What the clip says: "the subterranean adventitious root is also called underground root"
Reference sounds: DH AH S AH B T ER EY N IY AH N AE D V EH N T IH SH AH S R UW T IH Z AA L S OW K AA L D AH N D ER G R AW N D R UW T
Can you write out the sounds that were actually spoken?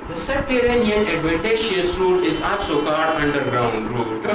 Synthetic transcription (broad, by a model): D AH S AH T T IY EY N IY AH N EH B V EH T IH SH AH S R UW T IH Z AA S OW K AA D AH N D ER G R AW N D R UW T